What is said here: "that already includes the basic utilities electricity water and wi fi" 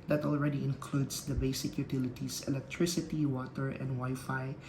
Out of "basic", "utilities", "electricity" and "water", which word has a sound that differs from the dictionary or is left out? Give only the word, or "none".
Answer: utilities